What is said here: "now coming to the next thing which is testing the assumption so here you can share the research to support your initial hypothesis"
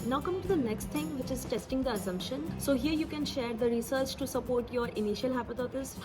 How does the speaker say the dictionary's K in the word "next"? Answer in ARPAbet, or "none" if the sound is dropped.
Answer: K